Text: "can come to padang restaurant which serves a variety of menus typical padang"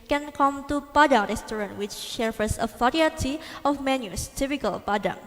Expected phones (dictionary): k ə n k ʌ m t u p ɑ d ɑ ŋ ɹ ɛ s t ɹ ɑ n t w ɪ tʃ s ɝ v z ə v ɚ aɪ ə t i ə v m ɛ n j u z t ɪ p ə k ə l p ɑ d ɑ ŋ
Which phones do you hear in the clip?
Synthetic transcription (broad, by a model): k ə n k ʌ m t u p ɑ d ɑ ŋ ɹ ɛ s t ɹ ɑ n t w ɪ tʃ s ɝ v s ə f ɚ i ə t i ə f m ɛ n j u s t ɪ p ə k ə l p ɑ d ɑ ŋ